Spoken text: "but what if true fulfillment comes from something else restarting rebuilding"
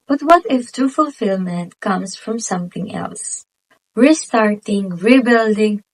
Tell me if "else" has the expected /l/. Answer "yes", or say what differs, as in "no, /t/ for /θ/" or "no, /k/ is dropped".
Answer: yes